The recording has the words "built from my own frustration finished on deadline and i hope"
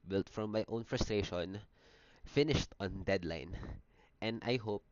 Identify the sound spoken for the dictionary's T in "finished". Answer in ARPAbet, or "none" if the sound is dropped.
T